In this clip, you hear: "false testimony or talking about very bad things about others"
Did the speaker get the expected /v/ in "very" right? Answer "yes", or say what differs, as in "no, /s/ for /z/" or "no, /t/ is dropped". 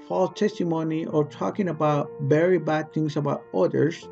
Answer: no, /b/ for /v/